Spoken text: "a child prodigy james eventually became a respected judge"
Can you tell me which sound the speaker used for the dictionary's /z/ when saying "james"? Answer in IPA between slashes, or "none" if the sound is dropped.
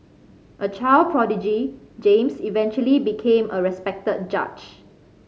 /s/